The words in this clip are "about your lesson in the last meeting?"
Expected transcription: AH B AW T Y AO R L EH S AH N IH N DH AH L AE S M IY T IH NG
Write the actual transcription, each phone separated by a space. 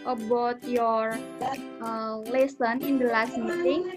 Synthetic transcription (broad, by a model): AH B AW T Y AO R L EH S AH N IH N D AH L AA S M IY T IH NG